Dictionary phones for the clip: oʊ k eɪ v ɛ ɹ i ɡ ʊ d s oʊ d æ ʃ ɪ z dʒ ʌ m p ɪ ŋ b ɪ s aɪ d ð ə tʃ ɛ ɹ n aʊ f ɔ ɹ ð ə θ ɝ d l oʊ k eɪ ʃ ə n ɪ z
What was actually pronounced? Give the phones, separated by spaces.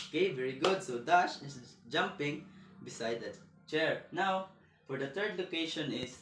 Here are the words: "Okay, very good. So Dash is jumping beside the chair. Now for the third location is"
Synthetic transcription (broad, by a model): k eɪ v ɛ ɹ i ɡ ʊ d s oʊ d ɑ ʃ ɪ s dʒ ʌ m p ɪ ŋ b ɪ s aɪ d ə tʃ ɛ ɹ n aʊ f ɔ ɹ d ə t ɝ d l oʊ k eɪ ʃ ə n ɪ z